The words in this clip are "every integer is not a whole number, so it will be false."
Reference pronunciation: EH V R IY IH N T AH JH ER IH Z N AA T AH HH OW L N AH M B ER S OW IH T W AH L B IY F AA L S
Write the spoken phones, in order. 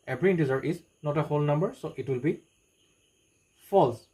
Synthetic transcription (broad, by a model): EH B R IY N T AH Z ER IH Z N AA T AH HH OW L N AH M B ER S OW IH T W AH L B IY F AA L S